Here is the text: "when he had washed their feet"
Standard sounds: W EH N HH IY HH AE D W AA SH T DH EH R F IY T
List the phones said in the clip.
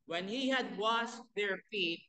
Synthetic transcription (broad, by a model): W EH N HH IY HH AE D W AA S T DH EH R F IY T